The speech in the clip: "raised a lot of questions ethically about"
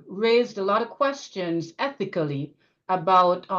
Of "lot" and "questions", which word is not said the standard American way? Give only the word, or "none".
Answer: none